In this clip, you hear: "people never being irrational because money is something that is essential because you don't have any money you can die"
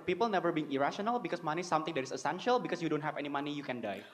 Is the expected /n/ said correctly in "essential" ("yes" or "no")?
yes